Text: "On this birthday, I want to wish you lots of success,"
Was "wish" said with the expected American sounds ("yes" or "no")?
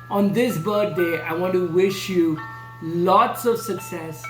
yes